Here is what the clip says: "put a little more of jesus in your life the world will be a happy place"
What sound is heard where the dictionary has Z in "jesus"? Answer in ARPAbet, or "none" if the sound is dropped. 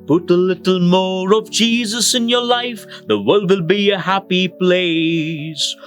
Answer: Z